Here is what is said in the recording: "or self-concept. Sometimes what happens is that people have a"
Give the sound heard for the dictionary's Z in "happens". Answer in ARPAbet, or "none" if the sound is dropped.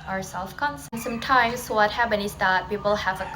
none